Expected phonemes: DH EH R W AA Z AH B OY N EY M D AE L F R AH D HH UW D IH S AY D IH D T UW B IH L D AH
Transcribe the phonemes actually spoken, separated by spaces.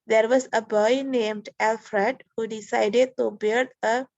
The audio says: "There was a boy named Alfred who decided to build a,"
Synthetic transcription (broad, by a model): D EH R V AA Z AH B OY N EY M D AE L F R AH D HH UW D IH S AY D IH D T UW B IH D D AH